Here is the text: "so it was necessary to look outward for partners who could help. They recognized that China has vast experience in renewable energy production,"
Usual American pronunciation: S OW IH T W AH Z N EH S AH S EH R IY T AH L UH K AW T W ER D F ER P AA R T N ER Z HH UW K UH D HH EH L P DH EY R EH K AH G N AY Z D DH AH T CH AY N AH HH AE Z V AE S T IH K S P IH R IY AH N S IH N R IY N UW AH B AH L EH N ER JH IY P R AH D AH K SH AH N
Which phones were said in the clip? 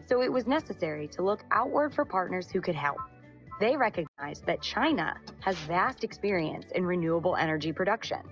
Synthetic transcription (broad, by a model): S OW IH T W AH Z N EH S AH S EH R IY T AH L UH K AW T W ER D F ER P AA R T N ER Z HH UW K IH D HH EH L P DH EY R EH K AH G N AY Z DH AH T CH AY N AH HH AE Z V AE S T IH K S P IH R IY AH N S IH N R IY N UW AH B L EH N ER JH IY P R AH D AH K SH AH N